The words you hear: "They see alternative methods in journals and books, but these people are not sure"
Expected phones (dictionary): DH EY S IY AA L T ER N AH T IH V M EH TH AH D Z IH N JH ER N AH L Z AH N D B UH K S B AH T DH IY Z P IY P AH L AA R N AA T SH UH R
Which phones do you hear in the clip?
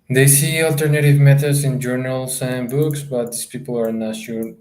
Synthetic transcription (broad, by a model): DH EY S IY AA L T ER N AH T IH V M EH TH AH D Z IH N JH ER N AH L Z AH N B UH K S B AH T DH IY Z P IY P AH L AA R N AA T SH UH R